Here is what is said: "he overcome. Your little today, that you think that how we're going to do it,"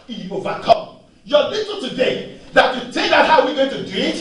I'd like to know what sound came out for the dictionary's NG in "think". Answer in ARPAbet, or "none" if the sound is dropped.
none